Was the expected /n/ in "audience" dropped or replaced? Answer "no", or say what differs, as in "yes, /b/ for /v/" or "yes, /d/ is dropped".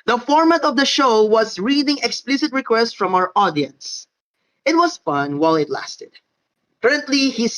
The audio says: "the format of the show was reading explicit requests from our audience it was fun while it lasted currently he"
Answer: no